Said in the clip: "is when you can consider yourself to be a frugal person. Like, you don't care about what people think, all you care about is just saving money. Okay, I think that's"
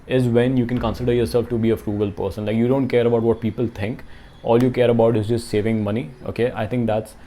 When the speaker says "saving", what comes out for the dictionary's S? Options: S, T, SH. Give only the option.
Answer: S